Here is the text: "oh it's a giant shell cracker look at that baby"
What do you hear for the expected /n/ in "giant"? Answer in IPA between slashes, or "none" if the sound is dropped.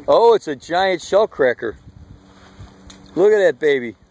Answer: /n/